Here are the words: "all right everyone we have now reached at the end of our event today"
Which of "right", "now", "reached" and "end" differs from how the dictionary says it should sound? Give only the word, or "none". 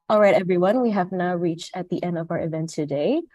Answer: none